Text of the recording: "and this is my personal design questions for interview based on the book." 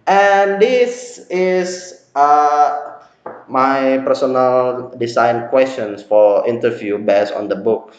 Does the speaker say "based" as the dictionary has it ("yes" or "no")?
no